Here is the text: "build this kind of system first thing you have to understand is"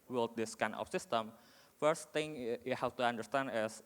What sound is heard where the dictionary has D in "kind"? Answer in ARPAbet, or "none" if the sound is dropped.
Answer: none